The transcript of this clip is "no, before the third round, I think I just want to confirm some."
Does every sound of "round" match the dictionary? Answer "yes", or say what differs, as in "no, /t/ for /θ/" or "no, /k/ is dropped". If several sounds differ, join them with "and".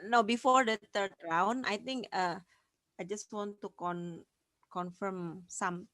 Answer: no, /d/ is dropped